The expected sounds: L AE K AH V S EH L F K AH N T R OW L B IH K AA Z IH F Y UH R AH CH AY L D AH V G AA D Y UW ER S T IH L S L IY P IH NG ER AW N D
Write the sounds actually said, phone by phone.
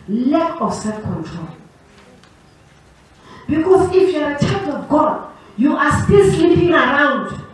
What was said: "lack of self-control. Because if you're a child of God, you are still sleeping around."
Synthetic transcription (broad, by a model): L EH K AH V S EH L F K AH N T R OW L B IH K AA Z IH F Y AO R AH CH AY D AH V G AA D Y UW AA S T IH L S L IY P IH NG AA AW N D